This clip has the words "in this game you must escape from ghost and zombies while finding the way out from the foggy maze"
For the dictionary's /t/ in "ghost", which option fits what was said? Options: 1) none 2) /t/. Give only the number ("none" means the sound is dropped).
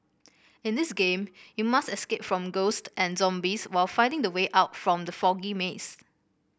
2